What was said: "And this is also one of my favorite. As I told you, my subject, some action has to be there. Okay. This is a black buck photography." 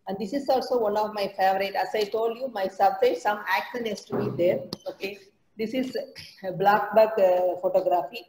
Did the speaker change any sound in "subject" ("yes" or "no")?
yes